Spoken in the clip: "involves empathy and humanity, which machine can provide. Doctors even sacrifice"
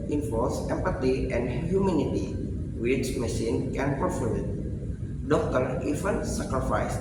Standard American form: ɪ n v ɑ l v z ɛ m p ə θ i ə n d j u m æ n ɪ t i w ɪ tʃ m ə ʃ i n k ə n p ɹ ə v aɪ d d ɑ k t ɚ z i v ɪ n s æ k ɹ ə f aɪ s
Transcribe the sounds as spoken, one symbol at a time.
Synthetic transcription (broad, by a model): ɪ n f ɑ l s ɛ m p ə t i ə n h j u m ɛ n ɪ t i w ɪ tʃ m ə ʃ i n k ə n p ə f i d d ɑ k t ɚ i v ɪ n s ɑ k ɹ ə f aɪ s